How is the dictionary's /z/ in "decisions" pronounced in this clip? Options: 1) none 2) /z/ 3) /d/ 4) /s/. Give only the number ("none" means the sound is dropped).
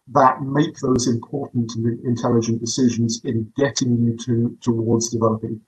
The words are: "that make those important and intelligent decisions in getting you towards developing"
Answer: 2